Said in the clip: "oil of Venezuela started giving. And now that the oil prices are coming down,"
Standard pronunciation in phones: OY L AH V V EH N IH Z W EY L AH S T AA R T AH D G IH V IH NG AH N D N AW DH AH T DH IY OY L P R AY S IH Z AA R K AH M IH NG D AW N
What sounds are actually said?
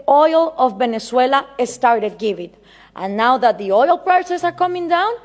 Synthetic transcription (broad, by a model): OY L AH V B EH N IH S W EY L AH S T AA R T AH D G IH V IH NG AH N N AW DH AH T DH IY OY L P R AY S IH S AA R K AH M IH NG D AW N